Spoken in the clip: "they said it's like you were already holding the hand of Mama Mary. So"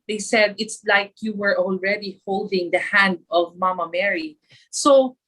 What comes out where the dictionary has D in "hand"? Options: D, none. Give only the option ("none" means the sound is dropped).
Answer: D